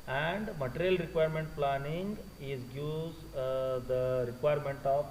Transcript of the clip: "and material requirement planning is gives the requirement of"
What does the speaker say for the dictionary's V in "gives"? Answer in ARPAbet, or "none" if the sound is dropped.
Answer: none